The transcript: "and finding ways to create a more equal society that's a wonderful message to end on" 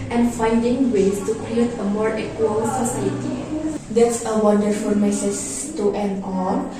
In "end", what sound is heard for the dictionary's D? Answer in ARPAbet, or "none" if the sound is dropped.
none